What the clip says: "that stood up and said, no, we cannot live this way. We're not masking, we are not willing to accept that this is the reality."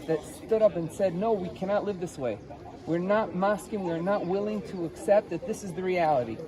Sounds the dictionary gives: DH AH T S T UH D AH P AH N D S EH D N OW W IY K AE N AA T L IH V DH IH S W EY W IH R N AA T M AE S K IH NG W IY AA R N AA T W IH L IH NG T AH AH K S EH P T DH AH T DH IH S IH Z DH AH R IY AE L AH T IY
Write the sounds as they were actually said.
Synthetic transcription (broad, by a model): DH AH T S T UH D AH P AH N S EH D N OW W IY K AE N AA T L IH V DH IH S W EY W IH R N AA T M AE S K IH NG W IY R N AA T W IH L IH NG T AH AH K S EH P T DH AH T DH IH S IH Z DH AH R IY AE L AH T IY